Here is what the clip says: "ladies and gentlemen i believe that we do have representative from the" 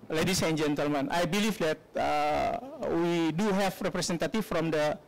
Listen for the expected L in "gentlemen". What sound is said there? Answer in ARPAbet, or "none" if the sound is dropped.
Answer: L